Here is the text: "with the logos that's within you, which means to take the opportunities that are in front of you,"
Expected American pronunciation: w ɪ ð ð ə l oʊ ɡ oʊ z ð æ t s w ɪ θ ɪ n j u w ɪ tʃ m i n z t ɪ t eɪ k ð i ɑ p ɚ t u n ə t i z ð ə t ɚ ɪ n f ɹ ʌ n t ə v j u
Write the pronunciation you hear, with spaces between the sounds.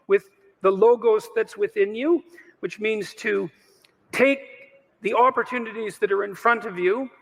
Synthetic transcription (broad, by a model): w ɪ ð ð ə l oʊ ɡ oʊ s ð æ t s w ɪ θ ɪ n j u w ɪ tʃ m i n z t ɪ t eɪ k ð i ɑ p ɚ t u n ə t i z ð ə t ɚ ɪ n f ɹ ʌ n t ə v j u